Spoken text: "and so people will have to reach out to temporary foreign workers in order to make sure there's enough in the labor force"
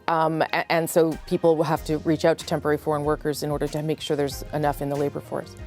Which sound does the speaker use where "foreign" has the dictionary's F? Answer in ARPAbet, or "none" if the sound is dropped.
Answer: F